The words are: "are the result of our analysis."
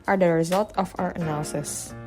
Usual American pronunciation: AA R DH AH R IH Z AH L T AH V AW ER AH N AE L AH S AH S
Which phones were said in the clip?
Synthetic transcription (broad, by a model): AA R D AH R IH Z AH L T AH F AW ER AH N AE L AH S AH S